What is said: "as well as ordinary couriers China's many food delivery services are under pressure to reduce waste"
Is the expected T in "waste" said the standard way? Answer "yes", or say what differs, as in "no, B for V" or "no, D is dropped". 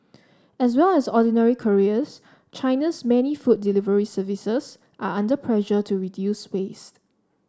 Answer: yes